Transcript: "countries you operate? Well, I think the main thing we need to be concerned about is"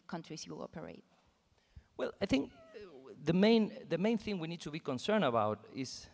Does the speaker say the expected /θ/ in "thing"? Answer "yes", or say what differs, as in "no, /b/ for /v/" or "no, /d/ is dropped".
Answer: yes